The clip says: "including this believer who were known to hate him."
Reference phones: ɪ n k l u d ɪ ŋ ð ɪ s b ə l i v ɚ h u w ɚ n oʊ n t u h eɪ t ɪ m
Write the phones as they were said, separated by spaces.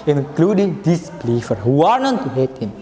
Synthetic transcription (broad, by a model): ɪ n k l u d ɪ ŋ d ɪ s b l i f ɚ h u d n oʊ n t u h eɪ t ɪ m